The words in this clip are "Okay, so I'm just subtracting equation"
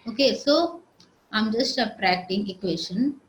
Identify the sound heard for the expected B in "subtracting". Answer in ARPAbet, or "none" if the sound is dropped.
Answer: none